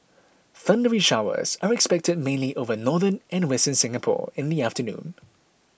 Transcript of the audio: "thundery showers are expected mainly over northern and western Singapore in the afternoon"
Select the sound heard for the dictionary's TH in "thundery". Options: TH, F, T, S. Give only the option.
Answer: TH